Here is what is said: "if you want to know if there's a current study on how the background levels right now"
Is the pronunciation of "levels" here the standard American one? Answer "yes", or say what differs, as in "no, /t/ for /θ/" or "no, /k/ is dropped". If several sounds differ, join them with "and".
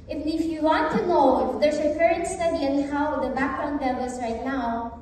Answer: no, /b/ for /v/